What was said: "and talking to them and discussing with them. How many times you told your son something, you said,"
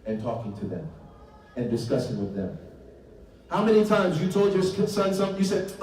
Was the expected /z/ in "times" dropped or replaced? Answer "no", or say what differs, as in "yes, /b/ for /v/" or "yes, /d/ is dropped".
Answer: no